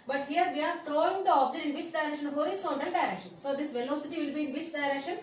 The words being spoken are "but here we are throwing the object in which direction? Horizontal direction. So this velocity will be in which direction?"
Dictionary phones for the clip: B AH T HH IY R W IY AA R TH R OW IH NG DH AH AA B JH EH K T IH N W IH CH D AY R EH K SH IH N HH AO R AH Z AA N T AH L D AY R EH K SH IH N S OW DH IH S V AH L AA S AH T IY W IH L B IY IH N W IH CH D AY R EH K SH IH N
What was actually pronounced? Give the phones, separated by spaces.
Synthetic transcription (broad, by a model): B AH T HH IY R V IY AA R T R OW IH NG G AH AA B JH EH T IH N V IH CH D AY R EH K SH IH N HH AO AH S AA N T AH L D AY R EH K SH IH N S OW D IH S V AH L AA S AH T IY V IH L B IY IH N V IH CH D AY R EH K SH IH N